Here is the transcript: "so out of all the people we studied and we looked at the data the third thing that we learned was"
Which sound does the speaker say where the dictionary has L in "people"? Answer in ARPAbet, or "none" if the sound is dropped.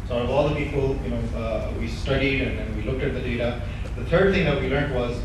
N